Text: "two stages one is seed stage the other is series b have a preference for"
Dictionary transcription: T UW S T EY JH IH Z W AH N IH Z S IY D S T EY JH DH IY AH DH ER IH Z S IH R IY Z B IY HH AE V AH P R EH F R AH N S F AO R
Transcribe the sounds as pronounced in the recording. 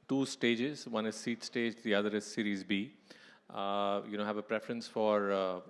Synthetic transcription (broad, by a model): T UW S T EY JH IH Z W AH N IH Z S IY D S T EY JH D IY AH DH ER IH Z S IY R IY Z B IY HH AE V AH P R EH F R AH N S F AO R